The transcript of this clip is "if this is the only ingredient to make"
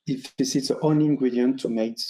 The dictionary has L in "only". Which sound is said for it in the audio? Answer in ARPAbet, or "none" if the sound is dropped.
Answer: none